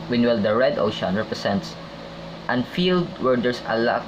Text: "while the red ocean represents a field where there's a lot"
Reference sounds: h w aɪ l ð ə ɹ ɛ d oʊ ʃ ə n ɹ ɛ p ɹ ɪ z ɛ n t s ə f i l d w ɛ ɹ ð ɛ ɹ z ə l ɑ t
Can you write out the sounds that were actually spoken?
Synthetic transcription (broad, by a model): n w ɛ l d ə ɹ ɛ d oʊ ʃ ə n ɹ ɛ p ɹ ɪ s ɛ n t s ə f i l d w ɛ ɹ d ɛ ɹ s ə l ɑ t